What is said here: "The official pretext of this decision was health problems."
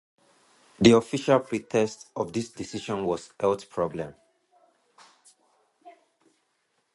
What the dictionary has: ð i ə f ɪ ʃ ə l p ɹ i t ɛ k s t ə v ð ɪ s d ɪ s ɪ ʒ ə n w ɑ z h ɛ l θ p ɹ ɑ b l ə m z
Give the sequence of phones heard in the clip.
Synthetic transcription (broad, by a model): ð i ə f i ʃ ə l p ɹ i t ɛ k s t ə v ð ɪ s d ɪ s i ʃ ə n w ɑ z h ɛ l t p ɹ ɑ b l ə m